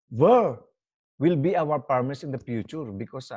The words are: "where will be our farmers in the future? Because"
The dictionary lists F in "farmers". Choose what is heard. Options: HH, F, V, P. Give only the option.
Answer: P